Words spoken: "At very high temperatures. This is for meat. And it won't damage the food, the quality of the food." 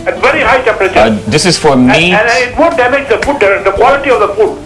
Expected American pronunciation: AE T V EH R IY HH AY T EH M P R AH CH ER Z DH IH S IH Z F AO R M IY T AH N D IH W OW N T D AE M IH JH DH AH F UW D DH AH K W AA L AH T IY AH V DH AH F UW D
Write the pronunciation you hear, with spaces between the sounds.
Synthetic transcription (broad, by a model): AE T V EH R IY HH AY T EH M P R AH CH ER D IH S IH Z F AO R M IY AH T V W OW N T D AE M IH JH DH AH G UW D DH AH K W AA L AH T IY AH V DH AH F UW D